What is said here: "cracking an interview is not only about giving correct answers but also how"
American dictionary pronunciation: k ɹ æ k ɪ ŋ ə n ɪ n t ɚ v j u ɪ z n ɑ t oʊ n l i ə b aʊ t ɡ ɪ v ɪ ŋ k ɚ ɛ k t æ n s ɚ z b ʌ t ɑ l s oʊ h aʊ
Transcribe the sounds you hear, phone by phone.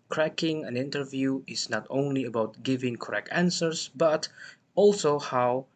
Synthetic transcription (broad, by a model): k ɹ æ k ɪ ŋ ə n ɪ n t ɚ v j u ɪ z n ɑ t oʊ n l i ə b aʊ t ɡ ɪ v ɪ ŋ k ɚ ɛ k t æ n s ɚ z b ʌ t ɑ l s oʊ h aʊ